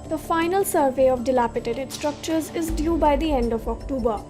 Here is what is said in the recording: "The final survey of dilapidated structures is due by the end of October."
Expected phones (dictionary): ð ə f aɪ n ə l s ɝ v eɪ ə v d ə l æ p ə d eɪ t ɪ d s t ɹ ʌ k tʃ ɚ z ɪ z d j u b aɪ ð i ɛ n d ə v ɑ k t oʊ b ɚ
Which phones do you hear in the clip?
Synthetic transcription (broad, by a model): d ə f aɪ n ə l s ɝ v eɪ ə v d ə l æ p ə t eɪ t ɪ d s t ɹ ʌ k tʃ ɚ z ɪ z d j u b aɪ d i ɛ n d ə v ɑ k t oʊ b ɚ